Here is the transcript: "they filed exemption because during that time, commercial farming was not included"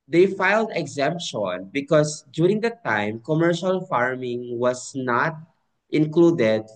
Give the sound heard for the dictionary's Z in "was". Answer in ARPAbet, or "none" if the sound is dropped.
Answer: S